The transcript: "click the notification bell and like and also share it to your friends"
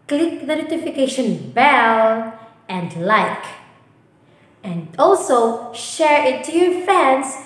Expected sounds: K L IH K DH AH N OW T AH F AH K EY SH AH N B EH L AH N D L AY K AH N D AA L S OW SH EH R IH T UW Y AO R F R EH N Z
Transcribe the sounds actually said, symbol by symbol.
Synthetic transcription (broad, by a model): K L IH K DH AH N OW T AH F AH K EY SH AH N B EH N AH N D L AY K AH N D AA L S OW SH EH R IH T UW Y AO R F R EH N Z